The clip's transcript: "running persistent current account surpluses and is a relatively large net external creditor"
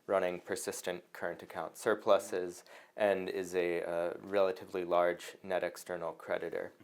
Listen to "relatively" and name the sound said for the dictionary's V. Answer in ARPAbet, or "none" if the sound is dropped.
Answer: V